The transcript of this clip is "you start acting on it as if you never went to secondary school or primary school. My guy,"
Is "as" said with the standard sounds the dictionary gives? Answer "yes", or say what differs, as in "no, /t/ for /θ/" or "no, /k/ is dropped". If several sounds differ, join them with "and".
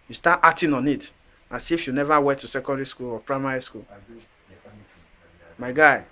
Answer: no, /s/ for /z/